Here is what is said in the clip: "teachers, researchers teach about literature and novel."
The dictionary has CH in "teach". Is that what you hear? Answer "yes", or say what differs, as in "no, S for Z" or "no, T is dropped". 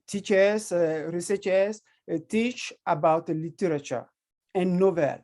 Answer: yes